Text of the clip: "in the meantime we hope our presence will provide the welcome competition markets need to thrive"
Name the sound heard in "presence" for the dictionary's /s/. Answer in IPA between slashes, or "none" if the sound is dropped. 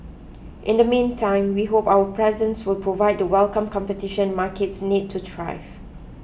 /s/